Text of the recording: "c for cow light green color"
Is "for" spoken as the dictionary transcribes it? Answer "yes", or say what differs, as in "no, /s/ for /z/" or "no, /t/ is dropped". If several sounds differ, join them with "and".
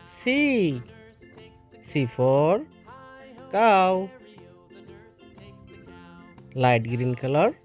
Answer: no, /p/ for /f/